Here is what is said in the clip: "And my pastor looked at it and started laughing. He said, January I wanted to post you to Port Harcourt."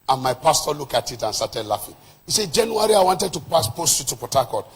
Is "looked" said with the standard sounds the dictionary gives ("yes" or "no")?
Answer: no